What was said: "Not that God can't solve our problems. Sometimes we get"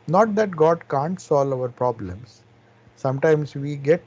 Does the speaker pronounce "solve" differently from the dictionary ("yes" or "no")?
yes